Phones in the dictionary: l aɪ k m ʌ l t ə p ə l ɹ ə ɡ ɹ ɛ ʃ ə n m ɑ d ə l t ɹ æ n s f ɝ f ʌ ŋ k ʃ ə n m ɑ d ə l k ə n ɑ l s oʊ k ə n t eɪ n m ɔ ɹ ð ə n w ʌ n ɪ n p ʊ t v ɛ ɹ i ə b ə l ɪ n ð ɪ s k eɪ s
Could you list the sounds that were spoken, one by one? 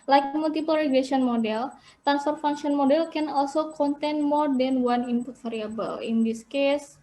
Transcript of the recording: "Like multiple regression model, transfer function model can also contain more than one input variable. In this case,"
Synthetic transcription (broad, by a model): l aɪ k m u l t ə p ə l ɹ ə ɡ l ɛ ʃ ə n m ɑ d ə l t ɹ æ n s f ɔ f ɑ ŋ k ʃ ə n m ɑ d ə l k ə n ɑ l s oʊ k ə n t eɪ n m ɔ ɹ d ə n w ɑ n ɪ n p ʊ t f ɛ ɹ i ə b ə l ɪ n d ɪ s k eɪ s